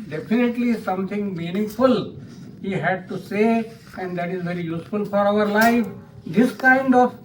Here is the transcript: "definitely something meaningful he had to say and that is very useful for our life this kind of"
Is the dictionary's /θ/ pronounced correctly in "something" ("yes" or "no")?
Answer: no